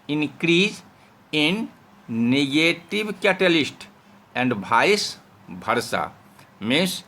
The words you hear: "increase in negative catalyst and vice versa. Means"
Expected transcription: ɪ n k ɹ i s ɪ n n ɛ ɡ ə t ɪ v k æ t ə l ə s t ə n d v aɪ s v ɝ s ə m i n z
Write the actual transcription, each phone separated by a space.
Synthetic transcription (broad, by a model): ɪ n k ɹ i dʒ ɪ n n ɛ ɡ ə t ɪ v k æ t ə l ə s t ə n d b aɪ s b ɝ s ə m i n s